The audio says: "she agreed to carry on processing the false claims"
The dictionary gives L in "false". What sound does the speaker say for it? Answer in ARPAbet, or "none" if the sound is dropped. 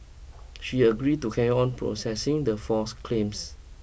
none